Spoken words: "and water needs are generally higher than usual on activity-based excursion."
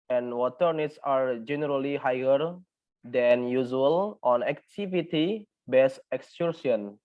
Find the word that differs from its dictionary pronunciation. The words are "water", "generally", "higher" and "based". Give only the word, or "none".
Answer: based